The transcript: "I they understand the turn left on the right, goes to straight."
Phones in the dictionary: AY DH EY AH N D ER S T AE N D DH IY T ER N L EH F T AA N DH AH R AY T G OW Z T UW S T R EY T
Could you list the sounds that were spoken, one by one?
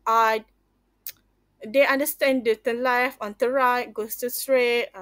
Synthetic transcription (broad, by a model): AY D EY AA N D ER S T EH N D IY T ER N L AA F AA N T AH R AY T G OW S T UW S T R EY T